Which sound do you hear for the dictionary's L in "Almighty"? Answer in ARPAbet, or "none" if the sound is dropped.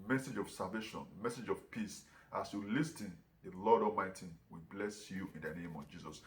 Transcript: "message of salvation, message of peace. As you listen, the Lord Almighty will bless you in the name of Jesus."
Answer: none